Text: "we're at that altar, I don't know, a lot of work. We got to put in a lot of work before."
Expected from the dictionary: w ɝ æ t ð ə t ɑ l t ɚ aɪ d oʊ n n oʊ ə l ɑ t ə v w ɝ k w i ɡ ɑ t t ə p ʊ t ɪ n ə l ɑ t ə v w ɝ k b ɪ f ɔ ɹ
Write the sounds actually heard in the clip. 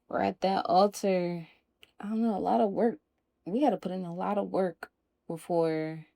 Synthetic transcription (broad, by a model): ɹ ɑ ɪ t ð ə t ɑ l t ɚ aɪ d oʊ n n oʊ ə l ɑ t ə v w ɝ k w i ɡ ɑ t t ə p ʊ t ɪ n ə l ɑ t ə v w ɝ k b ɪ f ɔ ɹ